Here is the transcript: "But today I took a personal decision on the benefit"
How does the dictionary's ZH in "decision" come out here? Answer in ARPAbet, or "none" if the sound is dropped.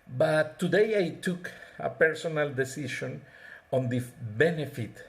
SH